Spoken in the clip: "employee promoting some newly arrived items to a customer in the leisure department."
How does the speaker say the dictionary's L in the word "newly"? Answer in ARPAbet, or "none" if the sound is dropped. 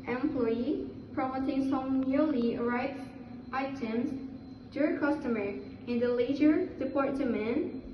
L